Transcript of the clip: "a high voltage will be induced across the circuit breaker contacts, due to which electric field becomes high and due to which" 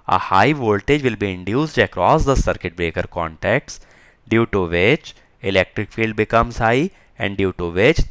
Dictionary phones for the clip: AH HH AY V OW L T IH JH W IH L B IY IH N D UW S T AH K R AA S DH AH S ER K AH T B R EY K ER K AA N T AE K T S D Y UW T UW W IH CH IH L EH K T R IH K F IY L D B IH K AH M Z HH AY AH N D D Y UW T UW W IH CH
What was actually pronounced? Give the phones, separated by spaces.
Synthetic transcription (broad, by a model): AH HH AY V OW L T IH JH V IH L B IY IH N D UW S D AH K R AA S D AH S ER K AH T B R EY K ER K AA N T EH K T S D Y UW T UW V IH CH IH L EH K T R IH K F IY L D B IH K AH M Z HH AY AH N D D Y UW T UW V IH CH